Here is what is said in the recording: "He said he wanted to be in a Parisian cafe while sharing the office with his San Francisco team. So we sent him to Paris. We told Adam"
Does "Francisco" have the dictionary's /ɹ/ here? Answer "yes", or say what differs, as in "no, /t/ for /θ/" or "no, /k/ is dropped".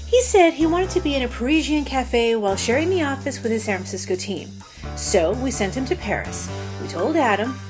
no, /ɹ/ is dropped